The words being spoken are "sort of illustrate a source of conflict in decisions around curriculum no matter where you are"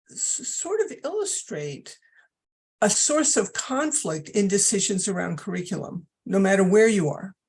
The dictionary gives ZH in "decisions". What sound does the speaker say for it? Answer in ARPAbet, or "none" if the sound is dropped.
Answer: ZH